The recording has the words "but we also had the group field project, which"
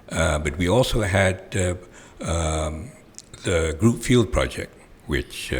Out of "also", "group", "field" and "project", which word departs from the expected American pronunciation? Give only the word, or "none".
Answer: none